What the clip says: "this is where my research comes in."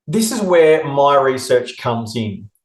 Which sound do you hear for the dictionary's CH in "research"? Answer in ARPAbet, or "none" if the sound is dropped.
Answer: CH